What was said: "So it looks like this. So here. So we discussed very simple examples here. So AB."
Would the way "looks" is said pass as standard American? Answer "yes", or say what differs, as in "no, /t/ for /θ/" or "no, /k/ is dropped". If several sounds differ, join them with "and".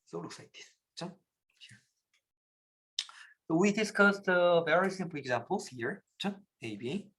yes